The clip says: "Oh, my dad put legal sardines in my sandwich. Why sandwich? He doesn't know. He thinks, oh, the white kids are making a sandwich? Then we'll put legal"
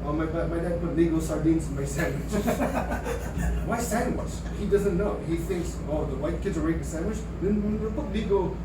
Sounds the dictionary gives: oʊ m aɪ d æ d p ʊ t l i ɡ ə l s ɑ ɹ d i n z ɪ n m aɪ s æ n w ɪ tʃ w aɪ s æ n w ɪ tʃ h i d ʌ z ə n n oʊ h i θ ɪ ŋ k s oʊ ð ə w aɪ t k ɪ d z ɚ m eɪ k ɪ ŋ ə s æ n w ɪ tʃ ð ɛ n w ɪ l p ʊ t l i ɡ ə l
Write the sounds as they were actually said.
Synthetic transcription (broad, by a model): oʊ m aɪ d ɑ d p ʊ t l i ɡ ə s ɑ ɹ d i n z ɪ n m aɪ s æ n w ɪ tʃ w aɪ s æ n w ɪ tʃ h i d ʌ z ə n n oʊ h i θ ɪ ŋ k s oʊ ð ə w aɪ t k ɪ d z ɚ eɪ ɪ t ə s æ n w ɪ tʃ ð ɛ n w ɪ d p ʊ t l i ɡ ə